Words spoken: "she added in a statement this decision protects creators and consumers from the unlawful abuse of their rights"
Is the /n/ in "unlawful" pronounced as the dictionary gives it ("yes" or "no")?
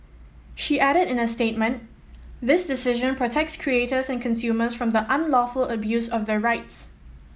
yes